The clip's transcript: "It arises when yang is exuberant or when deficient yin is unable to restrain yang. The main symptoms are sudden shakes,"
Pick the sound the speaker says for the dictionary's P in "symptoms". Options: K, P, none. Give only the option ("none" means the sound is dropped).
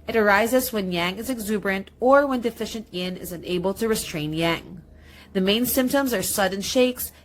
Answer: P